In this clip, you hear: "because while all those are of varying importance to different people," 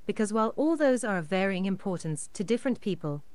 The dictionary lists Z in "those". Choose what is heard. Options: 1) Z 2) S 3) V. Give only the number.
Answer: 1